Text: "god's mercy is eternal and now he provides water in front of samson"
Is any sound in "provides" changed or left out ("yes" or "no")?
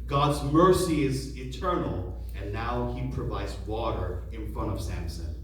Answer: no